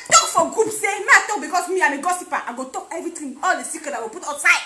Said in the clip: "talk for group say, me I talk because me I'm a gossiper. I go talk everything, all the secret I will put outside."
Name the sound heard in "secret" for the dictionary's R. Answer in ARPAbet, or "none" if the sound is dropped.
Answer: none